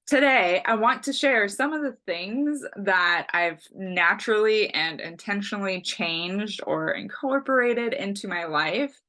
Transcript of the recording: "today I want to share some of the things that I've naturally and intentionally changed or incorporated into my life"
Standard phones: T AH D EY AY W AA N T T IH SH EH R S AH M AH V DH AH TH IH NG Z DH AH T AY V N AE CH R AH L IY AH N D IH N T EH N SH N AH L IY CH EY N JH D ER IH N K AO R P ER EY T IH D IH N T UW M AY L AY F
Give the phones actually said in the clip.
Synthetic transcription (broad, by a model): T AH D EY AY W AA N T T IH SH EH R S AH M AH V DH AH TH IH NG Z DH AH T AY V N AE CH R L IY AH N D IH N T EH N SH N L IY CH EY N JH D ER IH N K AO R P ER EY T IH D IH N T UW M AY L AY F